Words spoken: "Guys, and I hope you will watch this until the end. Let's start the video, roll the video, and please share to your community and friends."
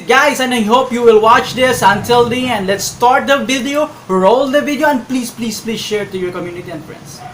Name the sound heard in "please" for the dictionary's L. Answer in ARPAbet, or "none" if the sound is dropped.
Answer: L